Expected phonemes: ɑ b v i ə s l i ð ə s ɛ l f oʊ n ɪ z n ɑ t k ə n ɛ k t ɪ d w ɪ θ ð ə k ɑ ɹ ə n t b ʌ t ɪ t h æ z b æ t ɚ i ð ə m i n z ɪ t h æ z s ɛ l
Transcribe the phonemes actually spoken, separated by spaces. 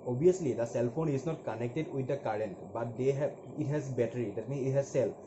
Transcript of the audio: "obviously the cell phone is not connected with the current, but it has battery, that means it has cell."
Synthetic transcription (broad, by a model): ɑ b i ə s l i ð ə s ɛ l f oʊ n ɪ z n ɑ t k ə n ɛ k t ɪ d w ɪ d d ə k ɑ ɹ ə n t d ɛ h ɪ t h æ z b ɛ t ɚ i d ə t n ɪ t h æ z s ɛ l